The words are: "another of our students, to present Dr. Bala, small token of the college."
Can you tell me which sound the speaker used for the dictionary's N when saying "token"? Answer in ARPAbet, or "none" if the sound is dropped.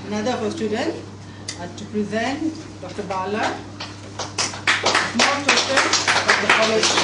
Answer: none